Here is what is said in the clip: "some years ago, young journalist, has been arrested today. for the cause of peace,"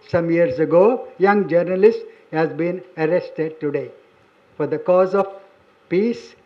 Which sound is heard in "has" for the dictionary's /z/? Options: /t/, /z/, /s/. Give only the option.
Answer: /z/